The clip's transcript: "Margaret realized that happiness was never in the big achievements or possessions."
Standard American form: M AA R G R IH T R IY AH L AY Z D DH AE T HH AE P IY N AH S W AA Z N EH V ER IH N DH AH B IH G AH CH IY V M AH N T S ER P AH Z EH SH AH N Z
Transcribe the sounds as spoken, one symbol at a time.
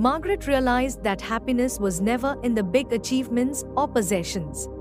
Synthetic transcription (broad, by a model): M AA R G R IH T R IY AH L AY Z D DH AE T HH AE P IY N AH S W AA Z N EH V ER IH N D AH B IH G AH CH IY V M AH N T S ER P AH Z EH SH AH N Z